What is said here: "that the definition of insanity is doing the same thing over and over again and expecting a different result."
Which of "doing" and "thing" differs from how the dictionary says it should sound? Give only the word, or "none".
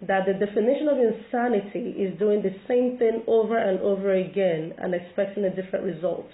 none